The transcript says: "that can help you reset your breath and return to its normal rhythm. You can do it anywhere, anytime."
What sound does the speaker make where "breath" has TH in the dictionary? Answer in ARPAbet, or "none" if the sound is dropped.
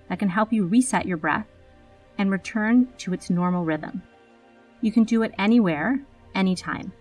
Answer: TH